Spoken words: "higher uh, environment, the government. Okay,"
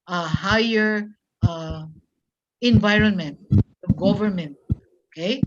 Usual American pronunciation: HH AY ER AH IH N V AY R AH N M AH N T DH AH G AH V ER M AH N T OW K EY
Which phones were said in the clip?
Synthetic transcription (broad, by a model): HH AY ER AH IH N V AY R AH N M AH N T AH G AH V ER M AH N T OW K EY